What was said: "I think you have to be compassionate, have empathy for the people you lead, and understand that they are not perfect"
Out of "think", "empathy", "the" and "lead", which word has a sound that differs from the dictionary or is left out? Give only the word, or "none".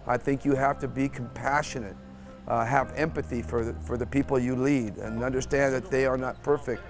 none